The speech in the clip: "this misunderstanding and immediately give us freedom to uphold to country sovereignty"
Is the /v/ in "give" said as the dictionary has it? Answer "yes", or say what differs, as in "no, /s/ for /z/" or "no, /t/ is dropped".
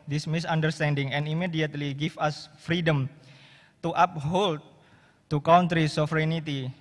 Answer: no, /f/ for /v/